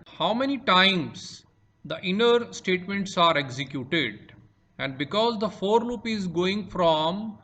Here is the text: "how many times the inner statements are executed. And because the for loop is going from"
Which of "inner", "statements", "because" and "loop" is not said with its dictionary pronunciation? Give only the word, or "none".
none